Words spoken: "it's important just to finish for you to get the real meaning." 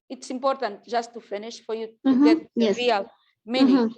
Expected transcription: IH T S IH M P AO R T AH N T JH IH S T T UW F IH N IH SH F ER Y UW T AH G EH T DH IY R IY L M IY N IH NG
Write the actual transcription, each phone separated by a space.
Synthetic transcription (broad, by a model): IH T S IH M P AO R T AH N T ZH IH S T T UW F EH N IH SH F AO Y UW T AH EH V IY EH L M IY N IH